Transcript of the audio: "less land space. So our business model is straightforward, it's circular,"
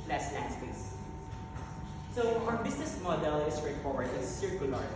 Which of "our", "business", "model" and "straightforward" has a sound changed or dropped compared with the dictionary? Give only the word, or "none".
business